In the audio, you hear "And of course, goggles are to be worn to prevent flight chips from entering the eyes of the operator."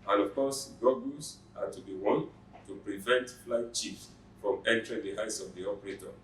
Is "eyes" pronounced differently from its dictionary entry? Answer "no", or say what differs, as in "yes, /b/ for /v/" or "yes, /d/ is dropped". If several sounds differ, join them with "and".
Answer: yes, /s/ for /z/